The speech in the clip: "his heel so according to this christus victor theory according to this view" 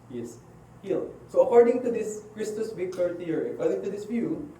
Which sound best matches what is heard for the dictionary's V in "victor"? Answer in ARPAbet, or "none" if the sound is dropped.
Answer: B